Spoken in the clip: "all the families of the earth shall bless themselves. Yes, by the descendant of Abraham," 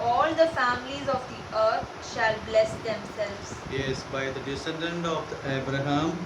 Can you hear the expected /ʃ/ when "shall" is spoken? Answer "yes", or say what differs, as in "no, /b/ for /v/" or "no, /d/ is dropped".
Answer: yes